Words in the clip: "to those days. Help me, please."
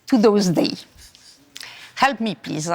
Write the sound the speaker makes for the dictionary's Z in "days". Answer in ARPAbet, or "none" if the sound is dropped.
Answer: none